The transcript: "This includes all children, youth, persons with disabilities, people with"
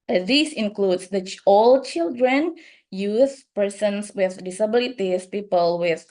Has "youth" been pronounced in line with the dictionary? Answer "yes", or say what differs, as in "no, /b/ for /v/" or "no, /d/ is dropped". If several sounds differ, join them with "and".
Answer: no, /s/ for /θ/